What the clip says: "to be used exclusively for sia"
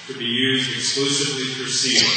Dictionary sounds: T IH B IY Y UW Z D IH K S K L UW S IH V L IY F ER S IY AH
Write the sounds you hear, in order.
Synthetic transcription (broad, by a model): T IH B IY Y UW Z D IH K S K L UW S IH V L IY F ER S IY